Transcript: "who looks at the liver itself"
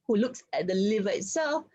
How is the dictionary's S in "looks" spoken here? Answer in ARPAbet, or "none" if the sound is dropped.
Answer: S